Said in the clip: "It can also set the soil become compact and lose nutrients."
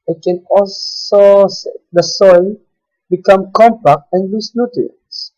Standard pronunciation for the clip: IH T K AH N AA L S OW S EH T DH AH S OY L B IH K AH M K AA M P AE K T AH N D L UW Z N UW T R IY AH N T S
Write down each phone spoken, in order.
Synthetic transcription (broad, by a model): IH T K AH N AA L S OW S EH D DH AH S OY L B IH K AH M K AA M P AE K T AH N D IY S N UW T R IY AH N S